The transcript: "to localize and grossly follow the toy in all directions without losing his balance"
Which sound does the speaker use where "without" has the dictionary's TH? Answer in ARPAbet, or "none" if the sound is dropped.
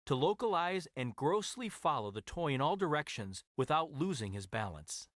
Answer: TH